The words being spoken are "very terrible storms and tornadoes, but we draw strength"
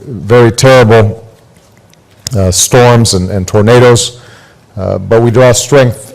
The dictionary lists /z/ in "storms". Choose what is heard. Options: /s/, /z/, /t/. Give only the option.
/z/